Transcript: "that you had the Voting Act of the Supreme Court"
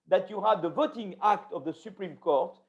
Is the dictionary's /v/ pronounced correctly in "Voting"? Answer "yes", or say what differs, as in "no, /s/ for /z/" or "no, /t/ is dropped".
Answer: yes